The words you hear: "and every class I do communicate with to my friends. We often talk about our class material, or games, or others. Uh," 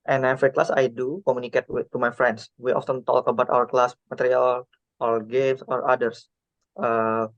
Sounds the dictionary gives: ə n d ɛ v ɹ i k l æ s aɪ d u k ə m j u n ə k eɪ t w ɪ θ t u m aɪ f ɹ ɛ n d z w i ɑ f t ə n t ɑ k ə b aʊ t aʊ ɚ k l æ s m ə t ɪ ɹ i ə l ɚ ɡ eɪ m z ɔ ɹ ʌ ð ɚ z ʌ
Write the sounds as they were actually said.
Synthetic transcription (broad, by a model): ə n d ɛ f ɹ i k l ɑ s aɪ d u k ə m j u n ə k eɪ t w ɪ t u m aɪ f ɹ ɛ n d s w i ɑ f t ə n t ɑ k ə b aʊ t aʊ ɚ k l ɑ s m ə t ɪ ɹ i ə l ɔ ɡ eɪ m s ɔ ɹ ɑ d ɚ s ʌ